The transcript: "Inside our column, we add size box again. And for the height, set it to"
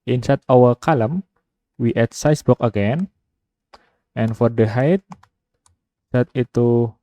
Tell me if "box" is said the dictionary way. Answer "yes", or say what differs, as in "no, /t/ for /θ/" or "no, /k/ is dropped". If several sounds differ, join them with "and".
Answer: no, /s/ is dropped